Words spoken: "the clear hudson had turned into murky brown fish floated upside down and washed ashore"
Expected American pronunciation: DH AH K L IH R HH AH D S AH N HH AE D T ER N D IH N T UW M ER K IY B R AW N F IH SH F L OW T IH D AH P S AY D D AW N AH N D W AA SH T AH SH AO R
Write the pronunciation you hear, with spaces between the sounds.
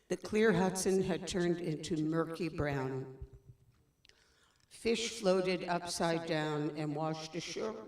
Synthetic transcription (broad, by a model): DH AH K L IH R HH AH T S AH N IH D T ER N D IH N T UW M ER K IY B R AW N F IH SH F L OW T IH D AH P S AY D D AW N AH N W AA SH T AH SH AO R